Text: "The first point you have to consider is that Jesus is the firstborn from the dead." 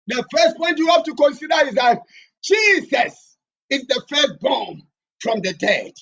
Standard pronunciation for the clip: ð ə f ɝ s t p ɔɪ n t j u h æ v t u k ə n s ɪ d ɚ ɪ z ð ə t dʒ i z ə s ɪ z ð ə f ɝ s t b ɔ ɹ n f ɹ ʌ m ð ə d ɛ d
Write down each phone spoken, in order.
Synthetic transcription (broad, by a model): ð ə f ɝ s t p ɔɪ n t j u h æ f t u k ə n s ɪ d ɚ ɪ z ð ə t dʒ i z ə s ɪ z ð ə f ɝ s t b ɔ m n f ɹ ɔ m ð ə d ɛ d